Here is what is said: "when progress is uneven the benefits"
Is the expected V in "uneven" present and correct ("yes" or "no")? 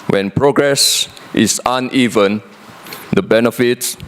yes